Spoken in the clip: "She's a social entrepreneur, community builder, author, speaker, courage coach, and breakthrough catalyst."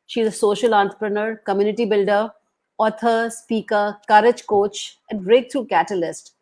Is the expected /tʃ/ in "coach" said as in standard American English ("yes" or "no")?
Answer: yes